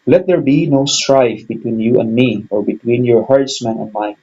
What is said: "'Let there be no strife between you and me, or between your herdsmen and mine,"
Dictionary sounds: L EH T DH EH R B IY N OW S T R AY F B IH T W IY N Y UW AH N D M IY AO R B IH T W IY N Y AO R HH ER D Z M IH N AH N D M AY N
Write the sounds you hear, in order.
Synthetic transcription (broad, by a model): L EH T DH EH R B IY N OW S T R AY F B IH T W IY N Y UW AH N D M IY AO R B IH T W IY N Y AO R HH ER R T M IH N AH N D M AY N